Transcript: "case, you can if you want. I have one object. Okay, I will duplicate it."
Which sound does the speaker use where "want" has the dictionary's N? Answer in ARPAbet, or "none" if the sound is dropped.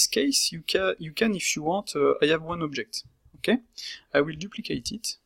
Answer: none